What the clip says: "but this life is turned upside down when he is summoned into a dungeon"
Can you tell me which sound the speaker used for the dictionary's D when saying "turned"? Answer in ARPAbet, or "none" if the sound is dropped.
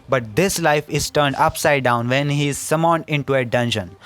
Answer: D